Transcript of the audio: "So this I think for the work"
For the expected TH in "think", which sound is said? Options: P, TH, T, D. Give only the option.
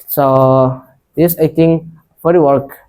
T